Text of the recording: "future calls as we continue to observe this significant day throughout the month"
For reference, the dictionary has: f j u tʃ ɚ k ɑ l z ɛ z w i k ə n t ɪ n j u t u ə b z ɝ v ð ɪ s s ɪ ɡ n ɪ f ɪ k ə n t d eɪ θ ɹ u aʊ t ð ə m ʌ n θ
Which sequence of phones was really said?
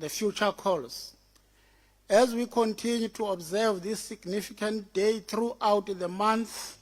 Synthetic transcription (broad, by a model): f j u tʃ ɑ k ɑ l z ɛ z w i k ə n t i n j u t u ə b z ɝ v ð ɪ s s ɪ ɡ n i f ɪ k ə n t d eɪ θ ɹ u aʊ t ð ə m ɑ n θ